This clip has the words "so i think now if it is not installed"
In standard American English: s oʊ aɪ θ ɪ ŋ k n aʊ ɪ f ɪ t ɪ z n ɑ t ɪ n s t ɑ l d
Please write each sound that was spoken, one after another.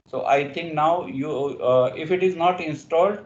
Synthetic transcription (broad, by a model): s oʊ aɪ t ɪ ŋ k n aʊ ɪ f ɪ t ɪ z n ɑ t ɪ n s t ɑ l d